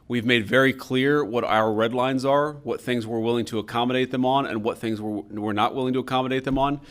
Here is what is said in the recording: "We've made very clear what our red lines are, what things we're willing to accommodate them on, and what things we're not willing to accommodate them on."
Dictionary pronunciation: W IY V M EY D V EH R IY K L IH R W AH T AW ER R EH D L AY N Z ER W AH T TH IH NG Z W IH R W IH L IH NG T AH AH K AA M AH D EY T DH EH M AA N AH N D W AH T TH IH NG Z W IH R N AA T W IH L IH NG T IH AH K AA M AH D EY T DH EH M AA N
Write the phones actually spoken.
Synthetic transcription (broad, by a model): W IY V M EY D V EH R IY K L IH R W AH T AW ER R EH D L AY N Z ER W AH T TH IH NG Z W IH R W IH L IH NG T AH AH K AA M AH D EY T DH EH M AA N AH N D W AH T TH IH NG Z W IH R N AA T W IH L IH NG T IH AH K AA M AH D EY T DH EH M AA N